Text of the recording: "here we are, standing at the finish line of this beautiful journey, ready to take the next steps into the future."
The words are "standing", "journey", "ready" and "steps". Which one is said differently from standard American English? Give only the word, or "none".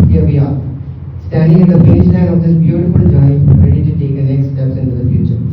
journey